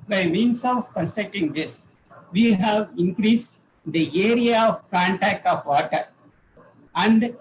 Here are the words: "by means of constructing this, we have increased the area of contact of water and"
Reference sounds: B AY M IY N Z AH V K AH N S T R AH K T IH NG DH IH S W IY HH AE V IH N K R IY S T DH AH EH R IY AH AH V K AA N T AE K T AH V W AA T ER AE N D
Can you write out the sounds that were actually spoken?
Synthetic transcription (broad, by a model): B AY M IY N S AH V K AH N S T EH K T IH NG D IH S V IY HH AE V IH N K R IY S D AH EH R IY AH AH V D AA N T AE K AH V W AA T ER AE N D